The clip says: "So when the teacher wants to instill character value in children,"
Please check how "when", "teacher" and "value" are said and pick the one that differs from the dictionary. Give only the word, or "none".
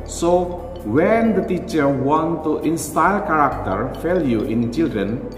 value